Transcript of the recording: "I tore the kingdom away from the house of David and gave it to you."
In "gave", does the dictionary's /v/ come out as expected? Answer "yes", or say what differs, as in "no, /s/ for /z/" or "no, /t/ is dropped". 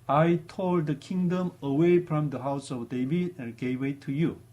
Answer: no, /w/ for /v/